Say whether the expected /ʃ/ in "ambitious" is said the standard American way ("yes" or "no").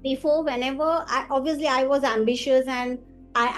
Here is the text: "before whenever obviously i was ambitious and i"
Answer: yes